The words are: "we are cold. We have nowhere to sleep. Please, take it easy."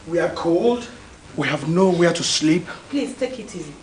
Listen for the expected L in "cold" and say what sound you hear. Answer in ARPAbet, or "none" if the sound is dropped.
L